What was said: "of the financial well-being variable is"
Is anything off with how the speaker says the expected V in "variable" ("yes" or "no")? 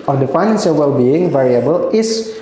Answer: no